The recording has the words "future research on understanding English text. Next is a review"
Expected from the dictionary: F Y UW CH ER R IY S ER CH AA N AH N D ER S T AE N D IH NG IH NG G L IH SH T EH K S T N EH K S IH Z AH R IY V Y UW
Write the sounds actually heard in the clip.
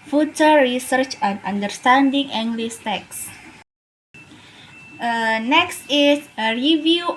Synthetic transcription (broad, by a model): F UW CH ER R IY S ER CH AA N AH N D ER S T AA N D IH NG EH NG G L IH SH T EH K S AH N EH K S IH S AH R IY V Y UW